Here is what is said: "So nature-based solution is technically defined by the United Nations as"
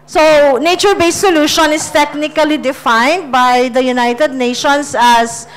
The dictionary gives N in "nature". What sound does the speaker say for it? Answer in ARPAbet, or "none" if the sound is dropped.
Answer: N